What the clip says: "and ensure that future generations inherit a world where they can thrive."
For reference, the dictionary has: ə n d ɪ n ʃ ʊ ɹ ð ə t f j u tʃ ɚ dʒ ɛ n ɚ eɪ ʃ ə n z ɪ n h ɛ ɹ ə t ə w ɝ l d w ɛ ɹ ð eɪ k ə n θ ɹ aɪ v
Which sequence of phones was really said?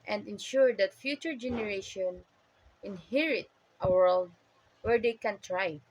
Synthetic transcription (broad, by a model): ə n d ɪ n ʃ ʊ ɹ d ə t f j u tʃ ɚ dʒ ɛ n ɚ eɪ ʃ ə n ɪ n h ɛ ɹ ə t ə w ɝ l d w ɛ ɹ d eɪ k ə n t ɹ aɪ